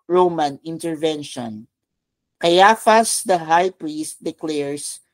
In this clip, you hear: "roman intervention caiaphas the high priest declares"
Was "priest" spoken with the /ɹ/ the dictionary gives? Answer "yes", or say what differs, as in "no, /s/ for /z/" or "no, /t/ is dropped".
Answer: yes